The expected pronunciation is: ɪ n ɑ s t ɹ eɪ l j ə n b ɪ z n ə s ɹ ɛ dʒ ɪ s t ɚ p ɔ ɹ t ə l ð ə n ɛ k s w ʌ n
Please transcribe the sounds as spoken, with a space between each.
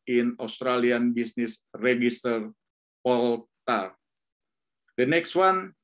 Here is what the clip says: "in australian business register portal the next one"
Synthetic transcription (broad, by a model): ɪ n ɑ s t ɹ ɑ l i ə n b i s n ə s ɹ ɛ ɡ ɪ s t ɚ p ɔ l t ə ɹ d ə n ɛ k s w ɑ n